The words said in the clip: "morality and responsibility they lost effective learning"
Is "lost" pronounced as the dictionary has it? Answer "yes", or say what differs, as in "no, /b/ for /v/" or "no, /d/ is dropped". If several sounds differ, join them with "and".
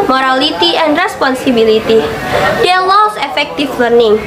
no, /t/ is dropped